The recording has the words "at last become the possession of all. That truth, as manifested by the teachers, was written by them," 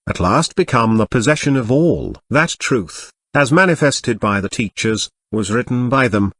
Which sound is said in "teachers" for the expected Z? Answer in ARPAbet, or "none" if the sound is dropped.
Z